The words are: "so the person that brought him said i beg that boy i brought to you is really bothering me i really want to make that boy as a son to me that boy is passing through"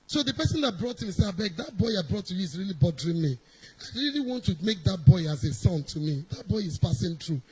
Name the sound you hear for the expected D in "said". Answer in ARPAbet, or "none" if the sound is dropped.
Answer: none